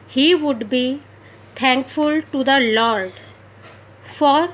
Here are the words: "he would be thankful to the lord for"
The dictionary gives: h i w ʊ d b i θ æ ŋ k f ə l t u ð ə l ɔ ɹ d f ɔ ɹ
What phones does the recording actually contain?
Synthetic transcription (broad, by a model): h i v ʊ d b i t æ ŋ k f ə l t u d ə l ɔ ɹ d f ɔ ɹ